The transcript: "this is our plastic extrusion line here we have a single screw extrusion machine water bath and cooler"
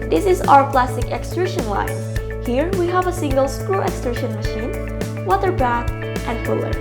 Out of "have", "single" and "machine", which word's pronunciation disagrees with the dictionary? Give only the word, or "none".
none